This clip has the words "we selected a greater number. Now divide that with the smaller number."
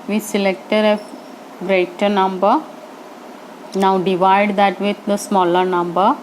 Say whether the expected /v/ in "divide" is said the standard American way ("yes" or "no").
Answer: yes